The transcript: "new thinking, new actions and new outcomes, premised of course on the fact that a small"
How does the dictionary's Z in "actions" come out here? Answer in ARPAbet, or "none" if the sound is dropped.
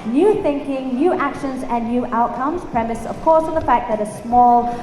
Z